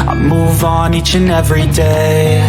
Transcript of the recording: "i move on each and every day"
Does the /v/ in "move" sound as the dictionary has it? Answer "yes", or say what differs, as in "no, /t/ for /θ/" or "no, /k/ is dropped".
yes